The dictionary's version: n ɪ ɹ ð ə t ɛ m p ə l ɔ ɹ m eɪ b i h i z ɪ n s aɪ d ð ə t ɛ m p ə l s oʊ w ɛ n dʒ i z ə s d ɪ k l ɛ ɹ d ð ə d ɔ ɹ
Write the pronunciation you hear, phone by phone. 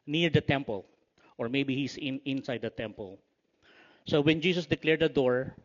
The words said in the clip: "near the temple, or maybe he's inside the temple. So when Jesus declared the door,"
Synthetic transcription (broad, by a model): n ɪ ɹ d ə t ɛ m p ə l ɔ ɹ m eɪ b i h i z ɪ n s aɪ d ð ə t ɛ m p ə l s oʊ w ɛ n dʒ i s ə s d ɪ k l ɛ ɹ d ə d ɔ ɹ